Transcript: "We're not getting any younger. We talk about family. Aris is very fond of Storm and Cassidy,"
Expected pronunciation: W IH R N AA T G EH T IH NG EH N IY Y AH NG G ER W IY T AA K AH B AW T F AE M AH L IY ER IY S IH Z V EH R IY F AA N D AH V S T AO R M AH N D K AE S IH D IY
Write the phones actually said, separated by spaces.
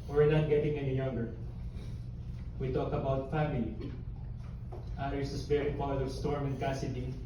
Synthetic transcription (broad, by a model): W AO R N AA T G EH T IH NG EH N IY Y AH NG G ER W IY T AA K AH B AW T F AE M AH L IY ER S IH S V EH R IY P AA D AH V S T AO R M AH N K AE S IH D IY